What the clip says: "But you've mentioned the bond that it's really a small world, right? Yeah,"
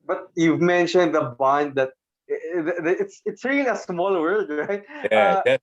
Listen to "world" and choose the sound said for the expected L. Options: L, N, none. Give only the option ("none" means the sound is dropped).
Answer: none